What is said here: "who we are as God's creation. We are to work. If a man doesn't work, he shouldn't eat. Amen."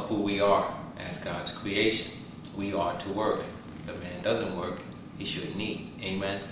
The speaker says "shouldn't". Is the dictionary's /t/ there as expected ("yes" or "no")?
no